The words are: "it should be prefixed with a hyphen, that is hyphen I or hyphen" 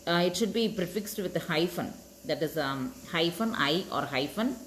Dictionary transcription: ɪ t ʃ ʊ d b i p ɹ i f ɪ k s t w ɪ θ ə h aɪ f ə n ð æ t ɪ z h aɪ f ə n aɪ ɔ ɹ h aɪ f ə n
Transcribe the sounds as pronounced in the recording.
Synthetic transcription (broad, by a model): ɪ t ʃ ʊ d b i p ɹ i f ɪ k s t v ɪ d ə h aɪ f ə n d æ t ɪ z h aɪ f ə n aɪ ɔ ɹ h aɪ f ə n